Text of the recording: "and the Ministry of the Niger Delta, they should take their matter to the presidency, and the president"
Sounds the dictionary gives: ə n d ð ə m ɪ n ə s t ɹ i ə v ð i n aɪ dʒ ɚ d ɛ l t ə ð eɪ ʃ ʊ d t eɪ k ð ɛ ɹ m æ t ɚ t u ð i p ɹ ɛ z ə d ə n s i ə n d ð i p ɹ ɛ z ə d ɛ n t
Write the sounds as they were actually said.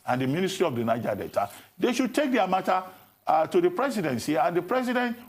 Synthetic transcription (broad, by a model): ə n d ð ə m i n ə s t ɹ i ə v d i n aɪ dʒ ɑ d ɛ t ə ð eɪ ʃ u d t eɪ k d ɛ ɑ m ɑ t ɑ t u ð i p ɹ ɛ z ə d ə n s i ə n d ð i p ɹ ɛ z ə d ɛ n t